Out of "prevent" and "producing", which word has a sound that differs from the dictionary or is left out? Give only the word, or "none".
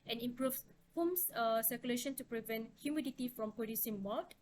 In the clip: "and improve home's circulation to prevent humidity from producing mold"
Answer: producing